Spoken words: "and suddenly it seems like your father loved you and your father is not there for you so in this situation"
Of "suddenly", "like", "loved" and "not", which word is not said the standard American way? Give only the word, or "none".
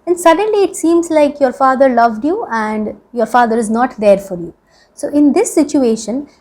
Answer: none